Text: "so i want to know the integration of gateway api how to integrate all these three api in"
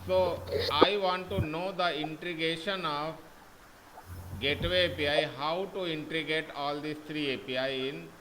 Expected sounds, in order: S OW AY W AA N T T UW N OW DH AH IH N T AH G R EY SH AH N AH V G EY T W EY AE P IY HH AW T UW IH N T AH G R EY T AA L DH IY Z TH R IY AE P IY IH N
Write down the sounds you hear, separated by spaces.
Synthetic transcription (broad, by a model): S OW AY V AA N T T UW N OW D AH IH N T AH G EY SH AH N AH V G EY T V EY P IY HH AW T UW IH N T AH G EY T AA L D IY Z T R IY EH P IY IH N